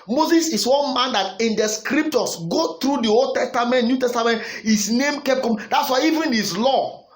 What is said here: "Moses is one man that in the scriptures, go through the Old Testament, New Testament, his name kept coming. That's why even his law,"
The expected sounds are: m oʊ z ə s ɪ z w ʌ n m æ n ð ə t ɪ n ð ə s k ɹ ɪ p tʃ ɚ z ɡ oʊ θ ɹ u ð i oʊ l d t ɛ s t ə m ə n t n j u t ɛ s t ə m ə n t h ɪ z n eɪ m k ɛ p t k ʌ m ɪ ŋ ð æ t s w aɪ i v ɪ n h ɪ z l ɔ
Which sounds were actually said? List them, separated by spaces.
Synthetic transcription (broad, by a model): m oʊ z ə s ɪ s w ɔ n m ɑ n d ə t ɪ n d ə s k ɹ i p tʃ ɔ s ɡ oʊ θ ɹ u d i oʊ l d t ɛ s t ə m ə n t n j u t ɛ s t ə m ə n t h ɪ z n eɪ m k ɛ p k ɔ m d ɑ t s w aɪ i v ɪ n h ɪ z l ɔ